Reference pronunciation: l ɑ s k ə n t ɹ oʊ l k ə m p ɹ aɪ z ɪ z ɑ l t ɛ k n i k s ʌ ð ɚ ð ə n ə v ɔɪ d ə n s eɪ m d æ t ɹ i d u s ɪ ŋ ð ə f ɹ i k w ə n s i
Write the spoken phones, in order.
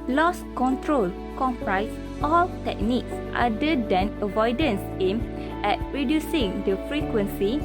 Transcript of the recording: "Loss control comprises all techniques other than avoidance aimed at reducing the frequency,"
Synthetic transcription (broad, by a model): l ɑ s k ə n t ɹ oʊ l k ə m p ɹ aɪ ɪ s ɑ l t ɛ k n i k s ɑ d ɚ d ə n ə v ɔɪ d ə n s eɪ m ɛ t ɹ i d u s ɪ ŋ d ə f ɹ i k w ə n s i